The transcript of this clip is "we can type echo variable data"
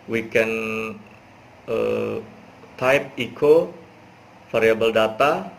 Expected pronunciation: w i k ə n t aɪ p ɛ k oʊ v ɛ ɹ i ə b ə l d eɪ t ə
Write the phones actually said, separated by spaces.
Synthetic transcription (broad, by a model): w i k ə n t aɪ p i k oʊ f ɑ ɹ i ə b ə l d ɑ t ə